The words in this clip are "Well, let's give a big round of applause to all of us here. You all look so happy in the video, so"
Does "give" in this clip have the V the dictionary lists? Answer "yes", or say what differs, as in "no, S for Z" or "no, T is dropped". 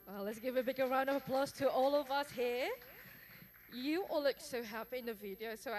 yes